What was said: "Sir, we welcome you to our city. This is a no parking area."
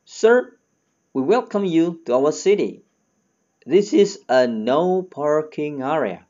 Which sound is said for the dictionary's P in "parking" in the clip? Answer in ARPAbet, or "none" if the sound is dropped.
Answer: P